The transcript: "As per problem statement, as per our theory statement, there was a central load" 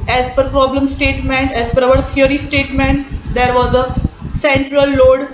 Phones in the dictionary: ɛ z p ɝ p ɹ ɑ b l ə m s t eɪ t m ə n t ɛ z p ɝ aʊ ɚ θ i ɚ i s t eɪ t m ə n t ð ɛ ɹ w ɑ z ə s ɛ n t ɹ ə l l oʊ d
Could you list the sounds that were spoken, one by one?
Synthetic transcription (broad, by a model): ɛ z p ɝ p ɹ ɑ b l ə m s t eɪ t m ə n t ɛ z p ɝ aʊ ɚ t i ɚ i s t eɪ t m ə n t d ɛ ɹ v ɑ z ə s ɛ n t ɹ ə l l oʊ d